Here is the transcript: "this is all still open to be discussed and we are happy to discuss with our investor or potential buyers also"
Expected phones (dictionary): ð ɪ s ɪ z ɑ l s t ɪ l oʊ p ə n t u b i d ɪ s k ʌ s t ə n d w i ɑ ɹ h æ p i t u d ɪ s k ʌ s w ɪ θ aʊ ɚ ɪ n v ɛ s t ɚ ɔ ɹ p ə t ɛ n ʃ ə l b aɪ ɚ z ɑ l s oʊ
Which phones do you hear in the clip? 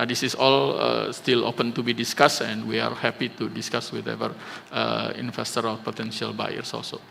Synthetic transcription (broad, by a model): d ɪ s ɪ s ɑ l s t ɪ l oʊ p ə n t u b i d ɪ s k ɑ s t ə n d w i ɑ ɹ h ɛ p i t u d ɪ s k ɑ s w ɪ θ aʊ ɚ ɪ n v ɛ s t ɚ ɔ l p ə t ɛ n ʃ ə l b aɪ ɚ s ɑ l s oʊ